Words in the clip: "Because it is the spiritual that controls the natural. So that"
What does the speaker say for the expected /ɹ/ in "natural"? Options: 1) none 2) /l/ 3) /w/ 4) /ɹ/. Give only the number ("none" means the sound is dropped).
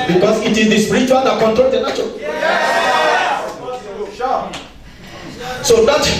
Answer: 1